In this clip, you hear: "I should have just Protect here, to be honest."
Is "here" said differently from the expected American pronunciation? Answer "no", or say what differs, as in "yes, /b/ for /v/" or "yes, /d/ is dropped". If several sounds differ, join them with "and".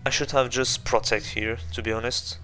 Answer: no